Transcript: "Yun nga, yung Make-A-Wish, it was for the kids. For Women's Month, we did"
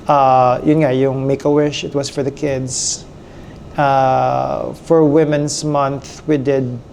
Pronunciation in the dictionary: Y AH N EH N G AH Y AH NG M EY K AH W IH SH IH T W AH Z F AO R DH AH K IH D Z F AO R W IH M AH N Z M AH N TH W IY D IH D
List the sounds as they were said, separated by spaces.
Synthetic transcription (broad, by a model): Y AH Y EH N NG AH Y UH NG M EY K AH W IH SH IH T W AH S F AO R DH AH K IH D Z F AO R W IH M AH N S M AH N TH W IY D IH D